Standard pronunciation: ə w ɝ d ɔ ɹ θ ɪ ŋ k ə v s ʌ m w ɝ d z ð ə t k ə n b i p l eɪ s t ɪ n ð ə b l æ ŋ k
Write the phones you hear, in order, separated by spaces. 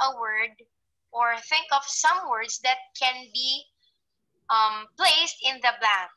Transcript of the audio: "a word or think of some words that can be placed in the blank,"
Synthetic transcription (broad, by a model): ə w ɝ d ɔ ɹ θ ɪ ŋ k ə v s ʌ m w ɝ d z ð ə t k ə n b i p l eɪ s t ɪ n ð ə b l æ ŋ